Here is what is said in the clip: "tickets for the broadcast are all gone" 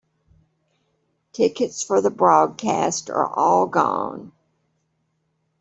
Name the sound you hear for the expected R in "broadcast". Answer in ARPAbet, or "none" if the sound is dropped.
R